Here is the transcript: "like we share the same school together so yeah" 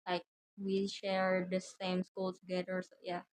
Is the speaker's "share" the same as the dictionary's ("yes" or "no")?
yes